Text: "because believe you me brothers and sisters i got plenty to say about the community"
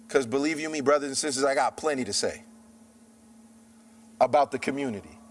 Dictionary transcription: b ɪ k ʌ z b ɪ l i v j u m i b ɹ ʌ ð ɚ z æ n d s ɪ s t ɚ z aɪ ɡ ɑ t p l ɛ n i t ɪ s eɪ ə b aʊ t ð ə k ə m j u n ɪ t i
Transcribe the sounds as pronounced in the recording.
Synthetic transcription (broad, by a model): k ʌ z b ɪ l i v j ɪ m i b ɹ ʌ ð ɚ z n s ɪ s t ɚ z aɪ ɡ ɑ t p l ɛ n i t ɪ s eɪ ə b aʊ t ð ə k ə m j u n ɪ t i